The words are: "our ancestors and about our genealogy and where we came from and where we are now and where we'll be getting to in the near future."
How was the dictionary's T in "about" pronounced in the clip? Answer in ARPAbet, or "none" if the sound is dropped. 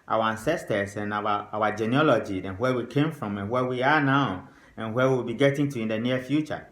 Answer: none